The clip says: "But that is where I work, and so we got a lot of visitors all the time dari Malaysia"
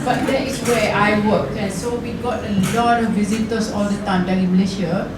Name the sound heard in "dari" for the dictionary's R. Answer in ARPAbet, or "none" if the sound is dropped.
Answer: none